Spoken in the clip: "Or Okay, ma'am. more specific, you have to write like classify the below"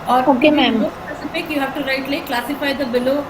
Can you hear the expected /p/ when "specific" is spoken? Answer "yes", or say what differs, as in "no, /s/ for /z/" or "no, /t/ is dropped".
no, /p/ is dropped